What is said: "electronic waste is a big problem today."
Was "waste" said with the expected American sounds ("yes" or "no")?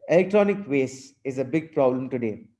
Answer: no